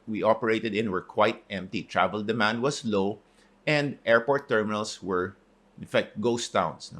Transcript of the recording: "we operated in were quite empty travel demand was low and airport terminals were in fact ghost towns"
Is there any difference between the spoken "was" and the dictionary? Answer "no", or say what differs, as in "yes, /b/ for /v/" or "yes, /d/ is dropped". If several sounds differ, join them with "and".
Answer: yes, /s/ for /z/